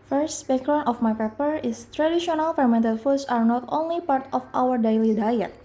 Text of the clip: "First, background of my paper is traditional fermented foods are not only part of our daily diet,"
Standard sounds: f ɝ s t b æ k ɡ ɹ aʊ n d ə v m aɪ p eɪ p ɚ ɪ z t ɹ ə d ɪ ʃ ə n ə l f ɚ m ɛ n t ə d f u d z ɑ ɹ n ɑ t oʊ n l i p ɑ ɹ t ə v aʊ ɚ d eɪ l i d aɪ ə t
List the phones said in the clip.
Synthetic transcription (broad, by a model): f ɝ s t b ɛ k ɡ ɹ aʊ n ə f m aɪ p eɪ p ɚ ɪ s t ɹ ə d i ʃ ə n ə l f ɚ m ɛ n t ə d f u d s ɑ ɹ n ɑ t oʊ n l i p ɑ ɹ t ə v aʊ ɚ d eɪ l i d aɪ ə t